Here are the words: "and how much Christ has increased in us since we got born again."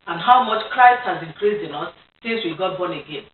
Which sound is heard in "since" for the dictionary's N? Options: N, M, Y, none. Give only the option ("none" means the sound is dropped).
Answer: none